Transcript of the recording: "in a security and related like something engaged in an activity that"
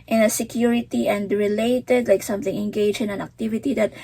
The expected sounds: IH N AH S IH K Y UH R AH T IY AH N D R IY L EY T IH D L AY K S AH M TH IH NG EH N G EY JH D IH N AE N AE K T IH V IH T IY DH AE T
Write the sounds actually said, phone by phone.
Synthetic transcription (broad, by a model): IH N AH S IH K Y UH R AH T IY AH N D R IY L EY T IH D L AY K S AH M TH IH NG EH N G EY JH IH N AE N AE K T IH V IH T IY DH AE T